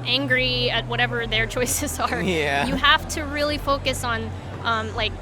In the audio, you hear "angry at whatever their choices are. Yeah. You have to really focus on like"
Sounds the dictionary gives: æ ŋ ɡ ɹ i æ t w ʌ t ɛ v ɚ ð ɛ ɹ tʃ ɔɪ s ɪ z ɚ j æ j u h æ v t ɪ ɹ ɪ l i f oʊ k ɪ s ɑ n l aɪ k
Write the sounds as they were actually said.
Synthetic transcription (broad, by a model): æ ŋ ɡ ɹ i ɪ t w ʌ t ɛ v ɚ ð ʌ ɹ tʃ ɔɪ s ɪ z ɚ j æ j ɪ h æ f t ɪ ɹ ɪ l i f oʊ k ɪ s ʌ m l aɪ k